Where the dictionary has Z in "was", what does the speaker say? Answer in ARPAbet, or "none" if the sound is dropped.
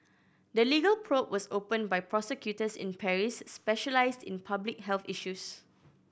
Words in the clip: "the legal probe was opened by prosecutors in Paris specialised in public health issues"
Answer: S